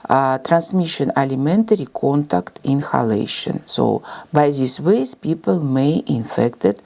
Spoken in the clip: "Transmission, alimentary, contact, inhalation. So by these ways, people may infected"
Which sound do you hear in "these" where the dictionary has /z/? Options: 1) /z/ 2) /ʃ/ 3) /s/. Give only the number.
3